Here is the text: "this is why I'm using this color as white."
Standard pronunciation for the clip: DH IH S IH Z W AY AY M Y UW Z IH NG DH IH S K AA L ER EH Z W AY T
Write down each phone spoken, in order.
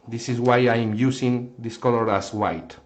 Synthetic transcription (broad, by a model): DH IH S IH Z W AY AY M Y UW S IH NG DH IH S K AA L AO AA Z W AY T